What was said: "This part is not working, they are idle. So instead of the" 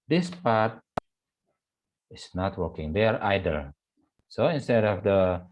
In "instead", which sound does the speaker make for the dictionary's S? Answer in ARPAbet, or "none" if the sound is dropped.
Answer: S